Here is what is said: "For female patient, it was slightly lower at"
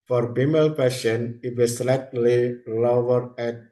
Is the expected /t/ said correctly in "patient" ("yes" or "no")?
no